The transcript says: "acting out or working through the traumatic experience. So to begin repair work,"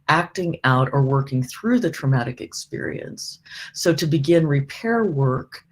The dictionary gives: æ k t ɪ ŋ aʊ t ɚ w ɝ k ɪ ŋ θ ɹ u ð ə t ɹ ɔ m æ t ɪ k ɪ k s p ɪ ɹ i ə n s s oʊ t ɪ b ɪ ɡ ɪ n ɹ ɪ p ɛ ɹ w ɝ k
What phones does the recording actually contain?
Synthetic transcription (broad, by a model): æ k t ɪ ŋ aʊ t ɚ w ɝ k ɪ ŋ θ ɹ u ð ə t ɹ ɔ m æ t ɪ k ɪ k s p ɪ ɹ i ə n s s oʊ t ɪ b ɪ ɡ ɪ n ɹ ɪ p ɛ ɹ w ɝ k